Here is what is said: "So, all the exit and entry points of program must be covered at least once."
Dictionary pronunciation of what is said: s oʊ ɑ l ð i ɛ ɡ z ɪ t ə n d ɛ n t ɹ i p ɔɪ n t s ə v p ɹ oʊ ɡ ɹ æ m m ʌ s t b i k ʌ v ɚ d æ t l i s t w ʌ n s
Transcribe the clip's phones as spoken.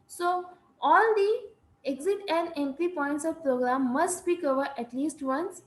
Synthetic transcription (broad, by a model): s oʊ ɑ l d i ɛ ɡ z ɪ t ə n d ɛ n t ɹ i p ɔɪ n t s ə v p ɹ oʊ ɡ ɹ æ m m ʌ s t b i k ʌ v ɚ d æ t l i s t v ʌ n s